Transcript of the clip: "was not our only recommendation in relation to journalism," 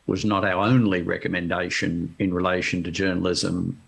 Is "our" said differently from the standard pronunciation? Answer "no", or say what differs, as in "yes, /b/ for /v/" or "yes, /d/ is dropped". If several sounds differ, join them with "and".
no